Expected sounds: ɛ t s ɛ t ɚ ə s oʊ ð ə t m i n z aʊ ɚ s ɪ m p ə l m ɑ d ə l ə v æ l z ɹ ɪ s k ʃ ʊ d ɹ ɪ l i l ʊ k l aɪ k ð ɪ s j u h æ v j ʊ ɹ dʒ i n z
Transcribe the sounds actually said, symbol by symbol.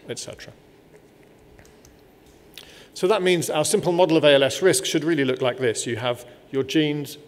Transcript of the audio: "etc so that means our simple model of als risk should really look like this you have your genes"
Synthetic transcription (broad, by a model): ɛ t s ɛ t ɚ ə s oʊ ð ə t m i n z aʊ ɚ s ɪ m p ə l m ɑ d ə l ə v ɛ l s ɹ ɪ s k ʃ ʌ d ɹ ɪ l i l ʊ k l aɪ k ð ɪ s j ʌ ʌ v j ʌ dʒ i n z